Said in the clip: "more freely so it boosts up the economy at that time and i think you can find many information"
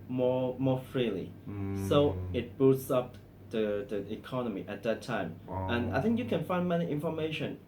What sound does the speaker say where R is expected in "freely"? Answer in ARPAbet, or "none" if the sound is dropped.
R